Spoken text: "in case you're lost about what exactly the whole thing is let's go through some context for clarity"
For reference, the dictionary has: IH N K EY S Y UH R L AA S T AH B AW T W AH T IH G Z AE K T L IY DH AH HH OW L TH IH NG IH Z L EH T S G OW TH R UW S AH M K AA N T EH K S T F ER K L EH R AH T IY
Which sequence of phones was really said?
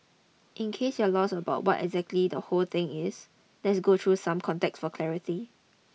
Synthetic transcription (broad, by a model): IH N K EY S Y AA L AA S AH B AW T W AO T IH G Z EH K T L IY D AH HH OW L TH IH NG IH S L EH T S G OW T R UW S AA M K AA N T EH K S F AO K L EH R AH T IY